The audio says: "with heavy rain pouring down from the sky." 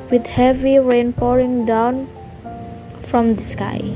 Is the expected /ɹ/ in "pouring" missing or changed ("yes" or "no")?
no